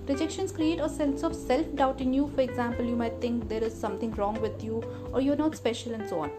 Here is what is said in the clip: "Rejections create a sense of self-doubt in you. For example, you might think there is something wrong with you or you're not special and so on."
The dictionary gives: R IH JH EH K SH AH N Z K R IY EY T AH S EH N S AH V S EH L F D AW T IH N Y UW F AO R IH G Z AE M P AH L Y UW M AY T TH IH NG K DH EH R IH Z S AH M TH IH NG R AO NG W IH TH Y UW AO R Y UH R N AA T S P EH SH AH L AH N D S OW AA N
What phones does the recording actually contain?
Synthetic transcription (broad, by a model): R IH JH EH K SH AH N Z K R IY EY T AH S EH L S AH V S EH L F D AW T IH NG Y UW F AO R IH G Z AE M P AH L Y UW M AY T T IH NG K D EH R IH Z S AH M T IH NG R AO NG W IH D Y UW AO R Y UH R N AA T S P EH SH AH L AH N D S OW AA N